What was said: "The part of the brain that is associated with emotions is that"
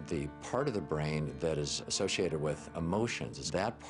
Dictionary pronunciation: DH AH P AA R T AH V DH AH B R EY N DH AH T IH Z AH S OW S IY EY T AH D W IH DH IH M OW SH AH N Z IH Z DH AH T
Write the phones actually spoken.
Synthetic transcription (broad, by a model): DH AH P AA R T AH V DH AH B R EY N DH AH T IH Z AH S OW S IY EY T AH D W IH DH IH M OW SH AH N Z IH Z DH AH T